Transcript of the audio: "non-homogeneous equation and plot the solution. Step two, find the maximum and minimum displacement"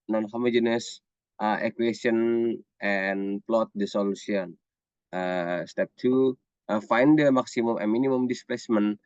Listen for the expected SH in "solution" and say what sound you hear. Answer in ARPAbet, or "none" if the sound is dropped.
S